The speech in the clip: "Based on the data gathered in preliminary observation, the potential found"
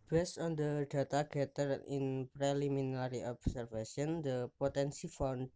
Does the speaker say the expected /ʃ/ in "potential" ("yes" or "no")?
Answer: no